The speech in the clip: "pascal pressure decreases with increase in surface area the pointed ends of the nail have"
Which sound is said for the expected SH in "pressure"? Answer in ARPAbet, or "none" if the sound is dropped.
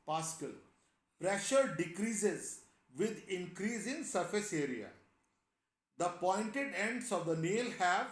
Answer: SH